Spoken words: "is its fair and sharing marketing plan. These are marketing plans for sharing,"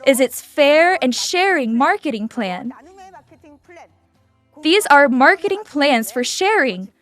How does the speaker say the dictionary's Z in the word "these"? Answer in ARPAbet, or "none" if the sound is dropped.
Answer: Z